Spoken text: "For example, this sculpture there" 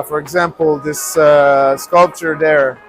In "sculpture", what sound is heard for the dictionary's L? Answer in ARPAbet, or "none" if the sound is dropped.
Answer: L